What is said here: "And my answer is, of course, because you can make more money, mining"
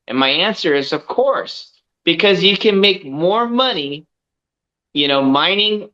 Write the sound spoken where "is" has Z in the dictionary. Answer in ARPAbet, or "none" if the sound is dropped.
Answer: Z